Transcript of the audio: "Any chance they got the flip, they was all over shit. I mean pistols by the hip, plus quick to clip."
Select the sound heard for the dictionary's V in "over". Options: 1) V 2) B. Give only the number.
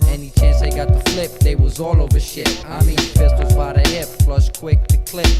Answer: 1